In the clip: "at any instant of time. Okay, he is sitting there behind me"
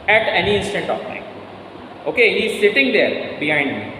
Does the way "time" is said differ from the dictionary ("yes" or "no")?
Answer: yes